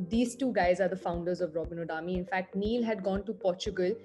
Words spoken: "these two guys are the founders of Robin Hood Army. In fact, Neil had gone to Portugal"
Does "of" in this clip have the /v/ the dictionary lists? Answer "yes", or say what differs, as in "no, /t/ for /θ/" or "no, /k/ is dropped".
yes